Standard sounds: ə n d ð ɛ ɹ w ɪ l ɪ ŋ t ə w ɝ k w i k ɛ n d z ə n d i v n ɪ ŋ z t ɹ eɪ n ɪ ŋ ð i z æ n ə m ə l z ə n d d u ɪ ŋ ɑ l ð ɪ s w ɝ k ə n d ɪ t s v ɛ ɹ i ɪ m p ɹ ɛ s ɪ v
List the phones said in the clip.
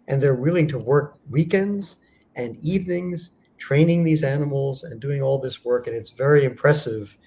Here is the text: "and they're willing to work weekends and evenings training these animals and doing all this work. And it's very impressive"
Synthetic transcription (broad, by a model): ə n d ð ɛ ɹ w ɪ l ɪ ŋ t ə w ɝ k w i k ɛ n d z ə n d i v n ɪ ŋ z t ɹ eɪ n ɪ ŋ ð i z æ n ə m l z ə n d d u ɪ ŋ ɑ l ð ɪ s w ɝ k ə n ɪ t s v ɛ ɹ i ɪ m p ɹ ɛ s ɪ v